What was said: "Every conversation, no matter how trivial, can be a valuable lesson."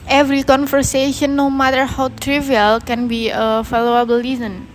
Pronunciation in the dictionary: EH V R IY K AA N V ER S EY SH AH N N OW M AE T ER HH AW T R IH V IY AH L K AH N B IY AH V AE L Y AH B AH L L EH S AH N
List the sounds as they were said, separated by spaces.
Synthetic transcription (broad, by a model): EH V R IY K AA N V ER S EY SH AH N N OW M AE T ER HH AW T R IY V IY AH L K AH N B IY AH F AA L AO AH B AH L L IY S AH N